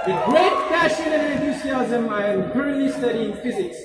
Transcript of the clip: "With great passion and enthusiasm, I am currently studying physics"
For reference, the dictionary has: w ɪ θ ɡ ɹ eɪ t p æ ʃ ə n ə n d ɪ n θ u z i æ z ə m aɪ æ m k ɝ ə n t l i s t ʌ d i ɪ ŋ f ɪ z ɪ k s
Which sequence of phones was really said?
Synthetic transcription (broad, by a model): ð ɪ ɡ ɹ eɪ t f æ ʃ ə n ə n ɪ n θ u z i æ z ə m aɪ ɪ m k ɝ ə n t l i s t ʌ d i ɪ ŋ f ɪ z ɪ k s